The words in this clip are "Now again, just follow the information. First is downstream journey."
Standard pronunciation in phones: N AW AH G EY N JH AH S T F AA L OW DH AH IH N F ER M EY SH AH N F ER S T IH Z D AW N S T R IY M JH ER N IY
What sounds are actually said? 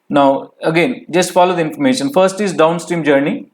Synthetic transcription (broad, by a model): N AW AH G EY N JH AH S T F AA L OW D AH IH N F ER M EY SH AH N F ER S T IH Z D AW N S T R IY M JH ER N IY